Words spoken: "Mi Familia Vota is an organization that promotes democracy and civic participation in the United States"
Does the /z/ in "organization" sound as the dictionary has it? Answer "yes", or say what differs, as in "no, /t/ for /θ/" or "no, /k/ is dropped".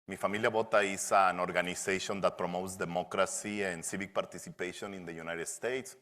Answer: no, /s/ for /z/